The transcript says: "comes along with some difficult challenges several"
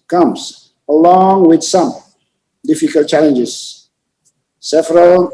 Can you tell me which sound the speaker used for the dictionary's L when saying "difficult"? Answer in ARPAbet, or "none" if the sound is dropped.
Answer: L